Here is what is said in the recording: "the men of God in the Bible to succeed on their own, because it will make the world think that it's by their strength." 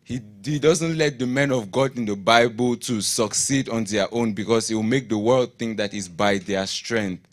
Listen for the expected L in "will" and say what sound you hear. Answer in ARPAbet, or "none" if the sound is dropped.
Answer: W